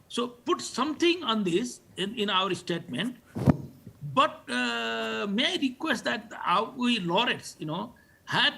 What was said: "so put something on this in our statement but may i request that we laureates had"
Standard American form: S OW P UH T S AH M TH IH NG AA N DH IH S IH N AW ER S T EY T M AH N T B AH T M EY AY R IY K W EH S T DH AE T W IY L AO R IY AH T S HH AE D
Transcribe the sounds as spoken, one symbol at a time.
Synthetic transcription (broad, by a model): S OW P UH T S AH M T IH NG AA N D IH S IH N AW ER S T EY T M AH N T B AH T M EY R IY K W EH S T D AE T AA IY L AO R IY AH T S HH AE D